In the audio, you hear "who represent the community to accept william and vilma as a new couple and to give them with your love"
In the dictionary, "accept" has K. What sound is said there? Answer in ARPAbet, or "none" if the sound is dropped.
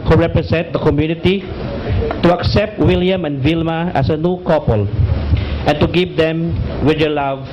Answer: K